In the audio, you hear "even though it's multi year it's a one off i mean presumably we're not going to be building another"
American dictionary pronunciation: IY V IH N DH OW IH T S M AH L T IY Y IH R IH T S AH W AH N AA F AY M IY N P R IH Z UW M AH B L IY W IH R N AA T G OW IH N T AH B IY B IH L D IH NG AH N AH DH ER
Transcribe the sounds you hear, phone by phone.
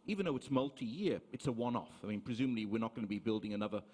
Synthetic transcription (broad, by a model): IY V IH N DH OW IH T S M AH L T IY Y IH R IH T S AH W AH N AA F AY M IY N P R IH Z UW M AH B L IY W IH R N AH T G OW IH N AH B IY B IH L D IH NG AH N AH DH ER